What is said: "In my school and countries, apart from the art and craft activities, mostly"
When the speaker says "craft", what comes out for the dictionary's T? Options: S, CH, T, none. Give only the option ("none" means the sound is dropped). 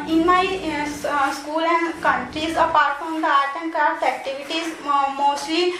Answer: none